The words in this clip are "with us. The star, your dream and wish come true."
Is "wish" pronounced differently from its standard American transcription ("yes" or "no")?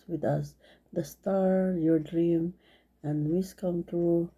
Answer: yes